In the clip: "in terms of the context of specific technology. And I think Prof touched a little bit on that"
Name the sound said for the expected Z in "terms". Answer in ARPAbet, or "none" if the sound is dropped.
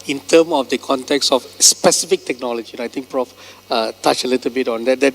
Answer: none